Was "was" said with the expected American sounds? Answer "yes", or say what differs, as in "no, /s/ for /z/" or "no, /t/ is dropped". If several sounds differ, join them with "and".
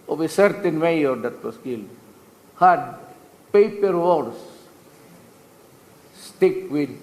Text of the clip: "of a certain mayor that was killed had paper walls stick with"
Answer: no, /s/ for /z/